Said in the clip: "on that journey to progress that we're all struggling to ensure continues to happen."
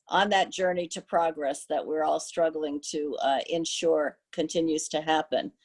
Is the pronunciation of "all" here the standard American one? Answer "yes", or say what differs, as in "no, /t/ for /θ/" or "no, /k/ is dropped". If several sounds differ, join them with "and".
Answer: yes